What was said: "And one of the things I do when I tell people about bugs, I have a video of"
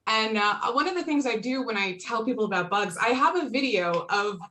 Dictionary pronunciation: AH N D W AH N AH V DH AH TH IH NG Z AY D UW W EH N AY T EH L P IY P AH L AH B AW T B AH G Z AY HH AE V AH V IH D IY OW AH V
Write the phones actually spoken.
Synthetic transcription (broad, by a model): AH N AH W AH N AH V DH AH TH IH NG Z AY D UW W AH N AY T EH L P IY P L AH B AW T B AH G Z AY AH V AH V IH D IY OW AH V